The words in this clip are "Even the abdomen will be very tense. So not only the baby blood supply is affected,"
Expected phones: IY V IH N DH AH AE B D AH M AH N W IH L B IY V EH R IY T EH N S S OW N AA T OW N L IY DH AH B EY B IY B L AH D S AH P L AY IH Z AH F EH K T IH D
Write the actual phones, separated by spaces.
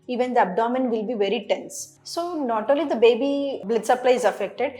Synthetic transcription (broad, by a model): IY V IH N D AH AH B D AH M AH N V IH L B IY V EH R IY T EH N S S OW N AA T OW L IY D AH B EY B IY B L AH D S AH P L AY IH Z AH F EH K T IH D